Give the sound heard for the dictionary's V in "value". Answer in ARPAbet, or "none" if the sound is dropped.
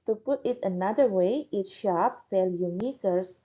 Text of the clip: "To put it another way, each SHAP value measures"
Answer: F